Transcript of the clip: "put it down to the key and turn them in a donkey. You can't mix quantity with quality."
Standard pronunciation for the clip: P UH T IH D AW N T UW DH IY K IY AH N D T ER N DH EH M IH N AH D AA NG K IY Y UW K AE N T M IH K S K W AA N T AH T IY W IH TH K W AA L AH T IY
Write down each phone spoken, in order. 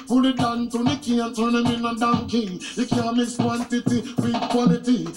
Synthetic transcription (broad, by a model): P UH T IH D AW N T UW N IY K IY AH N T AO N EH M IH N AH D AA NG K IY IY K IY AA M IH S K W AA N T AH T IY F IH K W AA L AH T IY